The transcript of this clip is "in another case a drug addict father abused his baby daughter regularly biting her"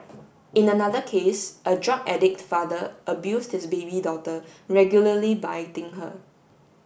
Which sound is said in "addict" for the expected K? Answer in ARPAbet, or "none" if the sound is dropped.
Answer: K